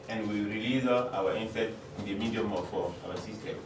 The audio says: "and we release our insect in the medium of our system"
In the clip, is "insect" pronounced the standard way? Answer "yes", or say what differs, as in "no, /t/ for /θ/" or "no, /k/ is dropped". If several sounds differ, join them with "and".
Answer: no, /k/ is dropped